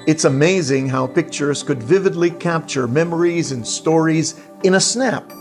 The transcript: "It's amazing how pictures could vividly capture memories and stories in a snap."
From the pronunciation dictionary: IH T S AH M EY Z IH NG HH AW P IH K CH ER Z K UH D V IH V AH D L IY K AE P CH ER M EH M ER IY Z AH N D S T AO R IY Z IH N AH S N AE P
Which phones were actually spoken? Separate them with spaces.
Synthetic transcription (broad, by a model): IH T S AH M EY Z IH NG HH AW P IH K CH ER Z K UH D V IH V AH D L IY K AE P CH ER M EH M ER IY Z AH N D S T AO R IY Z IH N AH S N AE P